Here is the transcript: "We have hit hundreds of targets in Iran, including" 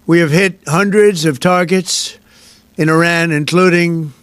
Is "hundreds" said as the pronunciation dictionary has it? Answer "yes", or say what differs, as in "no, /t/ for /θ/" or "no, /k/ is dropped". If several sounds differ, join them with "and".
yes